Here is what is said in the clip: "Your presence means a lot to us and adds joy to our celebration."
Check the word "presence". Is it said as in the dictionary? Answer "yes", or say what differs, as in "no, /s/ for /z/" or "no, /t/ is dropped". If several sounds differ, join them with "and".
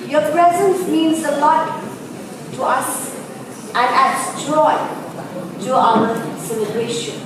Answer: yes